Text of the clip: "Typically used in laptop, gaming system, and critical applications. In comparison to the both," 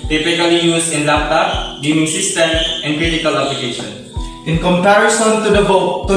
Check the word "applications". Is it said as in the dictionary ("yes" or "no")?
no